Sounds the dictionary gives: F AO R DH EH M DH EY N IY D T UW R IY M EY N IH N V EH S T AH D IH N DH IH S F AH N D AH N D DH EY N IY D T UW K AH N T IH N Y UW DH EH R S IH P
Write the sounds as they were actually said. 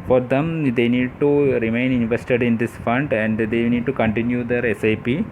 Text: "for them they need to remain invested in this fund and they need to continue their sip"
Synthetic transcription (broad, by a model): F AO R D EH M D EY N IY D T UW R IY M EY N IH N V EH S T AH D IH N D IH S F AH N D AH N D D EY N IY D T UW K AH N T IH N Y UW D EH R S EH P